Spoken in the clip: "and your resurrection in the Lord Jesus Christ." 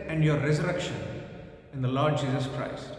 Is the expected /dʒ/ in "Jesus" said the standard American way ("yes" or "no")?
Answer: yes